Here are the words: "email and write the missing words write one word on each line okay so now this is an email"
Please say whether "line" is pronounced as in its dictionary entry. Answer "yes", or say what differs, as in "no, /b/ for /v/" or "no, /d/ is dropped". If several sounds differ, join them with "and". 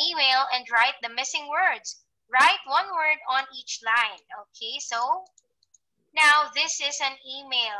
yes